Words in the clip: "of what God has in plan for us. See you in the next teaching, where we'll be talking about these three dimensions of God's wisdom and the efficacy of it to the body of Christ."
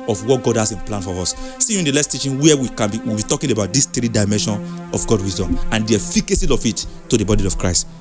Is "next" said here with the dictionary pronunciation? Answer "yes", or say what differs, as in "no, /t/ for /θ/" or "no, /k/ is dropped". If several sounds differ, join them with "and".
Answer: no, /l/ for /n/ and /k/ is dropped